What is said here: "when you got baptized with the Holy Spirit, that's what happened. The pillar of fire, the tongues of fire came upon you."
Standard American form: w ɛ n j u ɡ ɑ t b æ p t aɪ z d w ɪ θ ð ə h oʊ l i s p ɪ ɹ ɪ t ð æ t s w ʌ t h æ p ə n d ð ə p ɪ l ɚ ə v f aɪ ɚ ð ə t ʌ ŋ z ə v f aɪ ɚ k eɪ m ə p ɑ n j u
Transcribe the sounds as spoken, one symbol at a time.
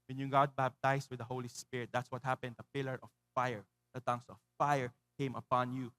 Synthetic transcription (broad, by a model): w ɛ n j u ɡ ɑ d b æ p t aɪ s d w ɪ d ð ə h oʊ l i s p ɪ ɹ ɪ t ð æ t s w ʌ t h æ p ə n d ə p ɪ l ɚ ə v f aɪ ɚ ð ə t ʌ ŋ s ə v f aɪ ɚ k eɪ m ə p ɑ n j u